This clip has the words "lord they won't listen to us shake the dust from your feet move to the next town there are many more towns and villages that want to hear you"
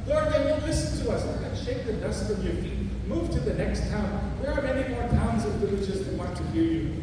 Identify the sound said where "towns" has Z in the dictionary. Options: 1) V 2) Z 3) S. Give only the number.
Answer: 2